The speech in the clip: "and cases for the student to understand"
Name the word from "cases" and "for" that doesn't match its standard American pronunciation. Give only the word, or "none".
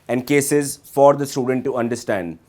none